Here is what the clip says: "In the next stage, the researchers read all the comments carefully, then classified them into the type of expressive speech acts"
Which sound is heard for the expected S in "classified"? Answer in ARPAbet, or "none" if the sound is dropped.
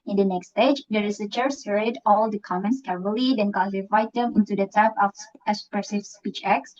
none